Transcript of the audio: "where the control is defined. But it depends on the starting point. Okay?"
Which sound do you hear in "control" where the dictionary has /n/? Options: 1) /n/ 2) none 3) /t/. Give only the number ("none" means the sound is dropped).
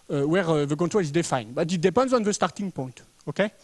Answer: 2